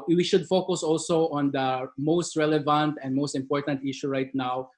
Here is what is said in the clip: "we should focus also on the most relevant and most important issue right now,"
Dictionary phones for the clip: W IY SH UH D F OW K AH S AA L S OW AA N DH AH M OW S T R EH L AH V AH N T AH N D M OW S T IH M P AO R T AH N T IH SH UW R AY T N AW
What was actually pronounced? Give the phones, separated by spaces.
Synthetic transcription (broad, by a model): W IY SH UH D F OW K AH S AA L S OW AA N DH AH M OW S T R EH L AH V AH N T AH N D M OW S T IH M P AO R T AH N T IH SH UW R AY T N AW